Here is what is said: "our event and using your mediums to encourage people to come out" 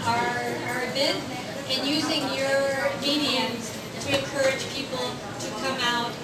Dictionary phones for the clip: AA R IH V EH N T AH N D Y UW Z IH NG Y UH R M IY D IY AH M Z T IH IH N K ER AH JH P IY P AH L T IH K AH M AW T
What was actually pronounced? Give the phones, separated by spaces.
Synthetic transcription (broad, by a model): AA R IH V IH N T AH N Y UW Z IH NG Y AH R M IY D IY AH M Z T IH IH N K ER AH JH P IY P L T IH K AH M AW T